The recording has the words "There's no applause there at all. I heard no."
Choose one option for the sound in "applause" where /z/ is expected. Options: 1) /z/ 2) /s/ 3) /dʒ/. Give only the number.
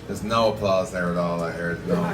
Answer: 1